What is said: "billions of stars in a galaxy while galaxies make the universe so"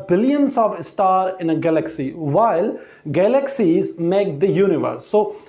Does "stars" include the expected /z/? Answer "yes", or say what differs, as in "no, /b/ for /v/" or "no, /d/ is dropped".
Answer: no, /z/ is dropped